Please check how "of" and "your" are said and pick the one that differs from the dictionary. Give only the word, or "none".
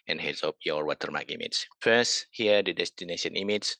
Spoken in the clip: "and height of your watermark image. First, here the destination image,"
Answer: of